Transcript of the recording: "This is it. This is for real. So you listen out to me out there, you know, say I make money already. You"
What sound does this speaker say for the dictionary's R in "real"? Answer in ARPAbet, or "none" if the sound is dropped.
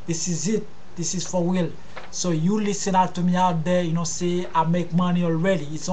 W